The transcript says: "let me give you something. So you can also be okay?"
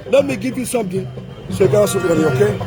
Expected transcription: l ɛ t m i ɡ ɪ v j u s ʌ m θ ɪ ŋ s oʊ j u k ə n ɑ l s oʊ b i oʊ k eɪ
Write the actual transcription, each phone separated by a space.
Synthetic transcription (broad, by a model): l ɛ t m i ɡ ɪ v j u s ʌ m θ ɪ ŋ s oʊ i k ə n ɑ s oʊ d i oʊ k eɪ